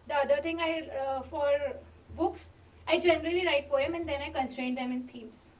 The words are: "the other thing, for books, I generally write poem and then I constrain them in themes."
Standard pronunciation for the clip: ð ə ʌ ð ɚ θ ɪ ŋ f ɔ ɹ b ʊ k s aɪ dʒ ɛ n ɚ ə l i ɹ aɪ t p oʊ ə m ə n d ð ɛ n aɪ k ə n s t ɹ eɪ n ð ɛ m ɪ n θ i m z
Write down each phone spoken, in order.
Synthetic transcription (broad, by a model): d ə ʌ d ɚ t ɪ ŋ f ɔ ɹ b ʊ k s aɪ dʒ ɛ n ɚ ə l i ɹ aɪ t p oʊ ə m ə n d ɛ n aɪ k ə n s t ɹ eɪ n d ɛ m ɪ n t i m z